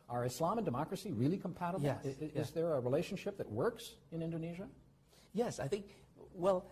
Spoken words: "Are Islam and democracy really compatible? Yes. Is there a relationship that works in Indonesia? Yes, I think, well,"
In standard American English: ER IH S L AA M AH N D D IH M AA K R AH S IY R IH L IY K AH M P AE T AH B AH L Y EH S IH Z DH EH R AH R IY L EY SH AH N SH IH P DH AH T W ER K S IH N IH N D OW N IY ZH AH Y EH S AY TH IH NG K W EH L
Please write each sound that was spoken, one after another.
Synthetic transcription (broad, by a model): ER IH S L AA M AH N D D IH M AA K R AH S IY R IH L IY K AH M P AE T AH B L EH IH Z DH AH R AH R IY L EY SH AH N SH IH P DH AH T W ER K S IH N IH N D OW N IY ZH AH Y EH S AY TH IH NG K W EH L